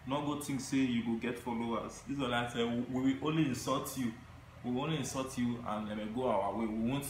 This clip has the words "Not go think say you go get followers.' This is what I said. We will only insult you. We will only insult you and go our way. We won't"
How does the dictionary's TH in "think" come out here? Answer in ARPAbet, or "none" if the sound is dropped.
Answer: T